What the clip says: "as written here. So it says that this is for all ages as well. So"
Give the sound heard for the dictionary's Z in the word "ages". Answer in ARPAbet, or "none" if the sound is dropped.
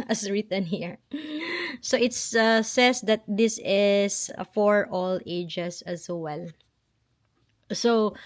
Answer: S